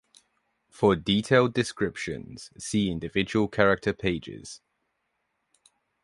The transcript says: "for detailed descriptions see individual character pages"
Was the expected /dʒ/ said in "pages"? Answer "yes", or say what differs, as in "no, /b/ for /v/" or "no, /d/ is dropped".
yes